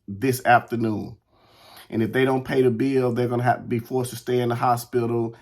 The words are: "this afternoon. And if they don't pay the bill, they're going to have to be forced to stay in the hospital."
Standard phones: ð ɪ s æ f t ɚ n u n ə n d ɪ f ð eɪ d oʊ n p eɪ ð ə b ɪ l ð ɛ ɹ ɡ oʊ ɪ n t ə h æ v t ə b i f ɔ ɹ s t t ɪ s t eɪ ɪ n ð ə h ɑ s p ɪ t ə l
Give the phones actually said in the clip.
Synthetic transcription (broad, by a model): ð ɪ s æ f t ɚ n u n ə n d ɪ f ð eɪ d oʊ n p eɪ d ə b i l ð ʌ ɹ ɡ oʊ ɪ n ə h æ f t ə b i f ɔ ɹ s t t ɪ s t eɪ ɪ n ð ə h ɑ s p ɪ t l